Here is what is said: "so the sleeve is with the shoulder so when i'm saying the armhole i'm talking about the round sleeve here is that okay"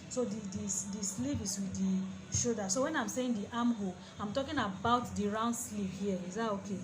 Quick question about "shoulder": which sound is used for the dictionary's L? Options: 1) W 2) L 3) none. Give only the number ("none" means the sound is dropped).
3